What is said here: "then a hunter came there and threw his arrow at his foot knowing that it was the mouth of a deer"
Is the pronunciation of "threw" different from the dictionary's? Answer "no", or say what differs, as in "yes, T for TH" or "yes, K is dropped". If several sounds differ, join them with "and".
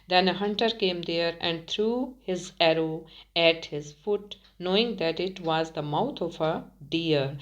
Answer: yes, T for TH